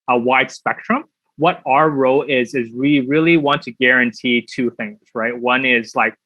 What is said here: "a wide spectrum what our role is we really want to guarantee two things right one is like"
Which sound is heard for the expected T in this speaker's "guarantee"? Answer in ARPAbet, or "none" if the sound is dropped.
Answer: T